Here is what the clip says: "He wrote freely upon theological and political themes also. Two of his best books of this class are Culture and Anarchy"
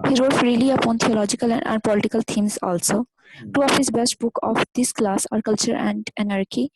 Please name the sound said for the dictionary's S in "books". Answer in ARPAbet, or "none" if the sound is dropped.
none